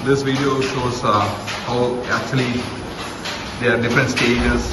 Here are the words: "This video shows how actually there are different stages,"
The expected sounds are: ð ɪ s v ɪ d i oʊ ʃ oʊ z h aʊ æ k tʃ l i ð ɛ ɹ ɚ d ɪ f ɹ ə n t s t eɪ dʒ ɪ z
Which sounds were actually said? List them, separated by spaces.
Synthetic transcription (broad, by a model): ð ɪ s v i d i oʊ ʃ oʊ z h aʊ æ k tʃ i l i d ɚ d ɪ f ɹ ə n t s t eɪ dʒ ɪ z